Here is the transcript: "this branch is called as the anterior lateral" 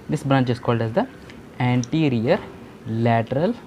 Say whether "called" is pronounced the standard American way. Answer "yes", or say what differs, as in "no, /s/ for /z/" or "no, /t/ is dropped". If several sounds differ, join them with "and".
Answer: yes